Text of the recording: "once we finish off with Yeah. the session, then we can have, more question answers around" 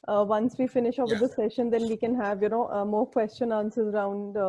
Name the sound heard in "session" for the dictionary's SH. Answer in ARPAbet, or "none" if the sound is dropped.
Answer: SH